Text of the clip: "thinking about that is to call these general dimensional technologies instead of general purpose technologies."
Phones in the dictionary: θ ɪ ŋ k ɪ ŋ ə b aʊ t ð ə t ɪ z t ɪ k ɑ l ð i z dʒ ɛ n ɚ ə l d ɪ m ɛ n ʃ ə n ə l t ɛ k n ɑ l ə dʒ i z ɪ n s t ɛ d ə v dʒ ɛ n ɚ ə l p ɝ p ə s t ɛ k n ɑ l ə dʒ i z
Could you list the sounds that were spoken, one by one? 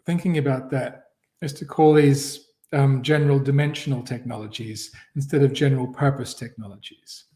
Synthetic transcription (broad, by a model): θ ɪ ŋ k ɪ ŋ ə b aʊ t ð ə t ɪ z t ɪ k ɑ l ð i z dʒ ɛ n ɚ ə l d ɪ m ɛ n ʃ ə n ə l t ɛ k n ɑ l ə dʒ i z ɪ n s t ɛ d ə v dʒ ɛ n ɚ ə l p ɝ p ə s t ɛ k n ɑ l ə dʒ i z